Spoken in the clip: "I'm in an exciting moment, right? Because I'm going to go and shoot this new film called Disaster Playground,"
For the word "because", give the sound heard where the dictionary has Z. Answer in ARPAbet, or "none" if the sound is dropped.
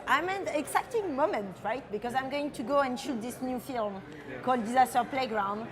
Z